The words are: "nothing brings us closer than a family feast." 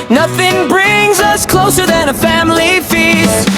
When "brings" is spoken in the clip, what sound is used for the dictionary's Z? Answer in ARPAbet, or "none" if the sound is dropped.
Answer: Z